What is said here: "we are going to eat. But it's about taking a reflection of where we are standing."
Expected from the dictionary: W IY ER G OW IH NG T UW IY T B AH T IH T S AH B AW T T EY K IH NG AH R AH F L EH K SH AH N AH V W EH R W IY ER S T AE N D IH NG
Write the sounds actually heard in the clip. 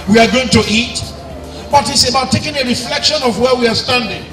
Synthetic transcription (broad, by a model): W IY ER G OW IH NG T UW IY T B AH T IH T S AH B AW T T EY K IH NG AH R AH F L EH K SH AH N AH V W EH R W IY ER S T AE N D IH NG